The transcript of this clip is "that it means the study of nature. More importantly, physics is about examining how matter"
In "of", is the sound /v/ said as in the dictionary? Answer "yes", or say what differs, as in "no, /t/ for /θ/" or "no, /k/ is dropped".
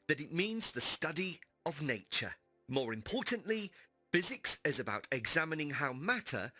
yes